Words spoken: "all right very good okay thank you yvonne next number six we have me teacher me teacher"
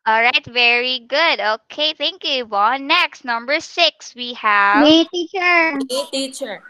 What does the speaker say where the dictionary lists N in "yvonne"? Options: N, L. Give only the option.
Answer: L